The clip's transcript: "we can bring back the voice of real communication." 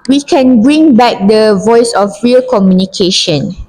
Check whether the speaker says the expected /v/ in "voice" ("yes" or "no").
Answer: yes